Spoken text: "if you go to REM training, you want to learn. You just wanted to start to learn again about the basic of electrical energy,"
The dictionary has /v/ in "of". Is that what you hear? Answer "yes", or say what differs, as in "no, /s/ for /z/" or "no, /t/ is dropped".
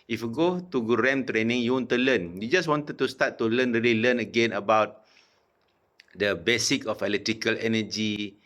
no, /f/ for /v/